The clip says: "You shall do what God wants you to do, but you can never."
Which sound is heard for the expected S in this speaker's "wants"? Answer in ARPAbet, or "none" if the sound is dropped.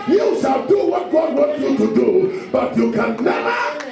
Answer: none